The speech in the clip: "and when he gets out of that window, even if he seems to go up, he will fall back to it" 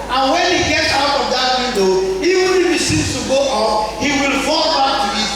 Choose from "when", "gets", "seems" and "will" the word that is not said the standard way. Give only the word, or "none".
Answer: seems